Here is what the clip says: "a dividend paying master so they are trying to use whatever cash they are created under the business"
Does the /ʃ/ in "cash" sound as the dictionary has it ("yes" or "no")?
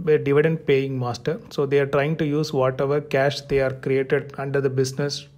yes